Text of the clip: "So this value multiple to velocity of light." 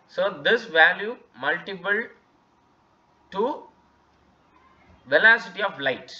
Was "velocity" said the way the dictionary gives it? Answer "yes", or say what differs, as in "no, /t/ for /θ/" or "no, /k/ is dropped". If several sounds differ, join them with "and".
yes